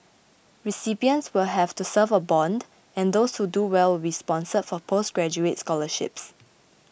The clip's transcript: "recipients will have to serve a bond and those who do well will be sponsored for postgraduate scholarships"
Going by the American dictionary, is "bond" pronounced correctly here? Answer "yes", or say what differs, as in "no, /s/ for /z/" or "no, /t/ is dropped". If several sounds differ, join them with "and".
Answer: yes